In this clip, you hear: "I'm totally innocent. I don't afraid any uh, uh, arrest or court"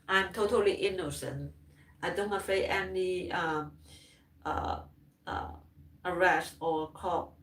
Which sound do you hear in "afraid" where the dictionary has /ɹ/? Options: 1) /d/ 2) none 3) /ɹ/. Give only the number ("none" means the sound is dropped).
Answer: 2